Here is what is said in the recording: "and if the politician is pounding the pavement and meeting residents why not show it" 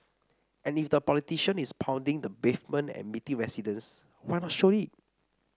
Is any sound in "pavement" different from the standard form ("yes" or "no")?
yes